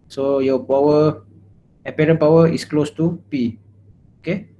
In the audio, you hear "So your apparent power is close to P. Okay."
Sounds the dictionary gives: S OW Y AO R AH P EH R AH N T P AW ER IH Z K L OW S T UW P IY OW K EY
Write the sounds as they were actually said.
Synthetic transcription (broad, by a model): S OW Y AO W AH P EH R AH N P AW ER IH S K L OW S T UW P IY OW K EY